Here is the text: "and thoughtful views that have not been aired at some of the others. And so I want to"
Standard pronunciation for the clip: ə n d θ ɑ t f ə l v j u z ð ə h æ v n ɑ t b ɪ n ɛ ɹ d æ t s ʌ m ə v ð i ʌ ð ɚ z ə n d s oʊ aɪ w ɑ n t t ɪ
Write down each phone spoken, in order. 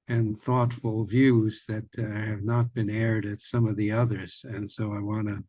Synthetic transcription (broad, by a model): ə n θ ɑ t f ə l v j u z ð ə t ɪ v n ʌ t b ɪ n ɛ ɹ d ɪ t s ʌ m ə v ð i ʌ ð ɚ z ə n s oʊ aɪ w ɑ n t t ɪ